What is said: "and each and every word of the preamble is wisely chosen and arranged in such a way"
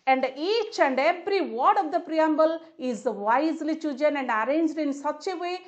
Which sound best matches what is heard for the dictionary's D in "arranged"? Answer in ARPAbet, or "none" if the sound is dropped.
D